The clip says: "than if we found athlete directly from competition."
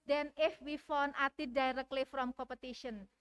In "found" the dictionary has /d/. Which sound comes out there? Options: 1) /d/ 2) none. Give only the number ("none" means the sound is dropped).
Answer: 2